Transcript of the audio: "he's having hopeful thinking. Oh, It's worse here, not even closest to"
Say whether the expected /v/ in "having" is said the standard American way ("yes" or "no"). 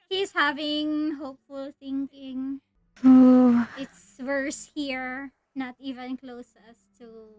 yes